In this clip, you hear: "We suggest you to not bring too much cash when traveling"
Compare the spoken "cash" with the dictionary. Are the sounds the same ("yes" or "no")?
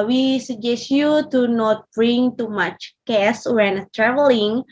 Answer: no